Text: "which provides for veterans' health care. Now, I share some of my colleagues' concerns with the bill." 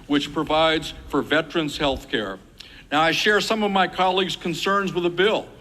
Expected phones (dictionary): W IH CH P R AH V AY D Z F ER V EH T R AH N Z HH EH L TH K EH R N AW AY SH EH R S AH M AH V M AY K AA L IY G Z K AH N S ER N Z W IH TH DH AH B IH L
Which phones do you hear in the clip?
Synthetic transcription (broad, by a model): W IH CH P R AH V AY D Z F ER V EH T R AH N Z HH EH L TH K EH R N AW AY SH EH R S AH M AH V M AY K AA L IY G Z K AH N S ER N Z W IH DH AH B IH L